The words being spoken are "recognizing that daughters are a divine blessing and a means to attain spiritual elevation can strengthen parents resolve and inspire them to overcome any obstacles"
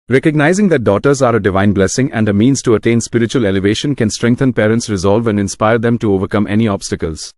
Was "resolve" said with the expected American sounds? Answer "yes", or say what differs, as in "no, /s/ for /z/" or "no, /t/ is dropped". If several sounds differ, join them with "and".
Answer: yes